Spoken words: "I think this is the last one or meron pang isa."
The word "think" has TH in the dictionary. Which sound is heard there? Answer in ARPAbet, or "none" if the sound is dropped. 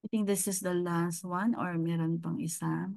T